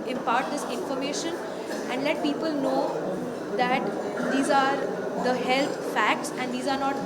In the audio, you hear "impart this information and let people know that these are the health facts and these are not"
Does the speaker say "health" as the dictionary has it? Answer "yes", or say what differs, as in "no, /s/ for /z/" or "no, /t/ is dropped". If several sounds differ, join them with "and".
no, /t/ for /θ/